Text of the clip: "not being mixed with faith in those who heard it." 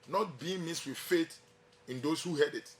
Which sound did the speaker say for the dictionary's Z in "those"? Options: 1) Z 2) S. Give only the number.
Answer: 2